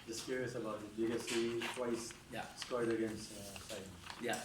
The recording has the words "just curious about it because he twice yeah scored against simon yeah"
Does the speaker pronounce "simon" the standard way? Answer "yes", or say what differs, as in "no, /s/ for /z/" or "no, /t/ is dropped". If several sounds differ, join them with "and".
no, /m/ is dropped